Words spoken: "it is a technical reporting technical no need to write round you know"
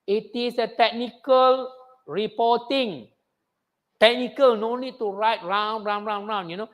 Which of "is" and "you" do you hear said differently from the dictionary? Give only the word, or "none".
is